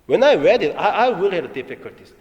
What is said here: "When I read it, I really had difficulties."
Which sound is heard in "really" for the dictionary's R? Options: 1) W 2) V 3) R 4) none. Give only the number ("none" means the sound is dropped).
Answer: 1